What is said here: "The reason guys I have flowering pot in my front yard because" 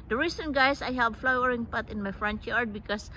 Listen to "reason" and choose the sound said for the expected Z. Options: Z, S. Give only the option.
S